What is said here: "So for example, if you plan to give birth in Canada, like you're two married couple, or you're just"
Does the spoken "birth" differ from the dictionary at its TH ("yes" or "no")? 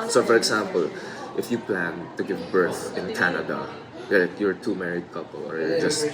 no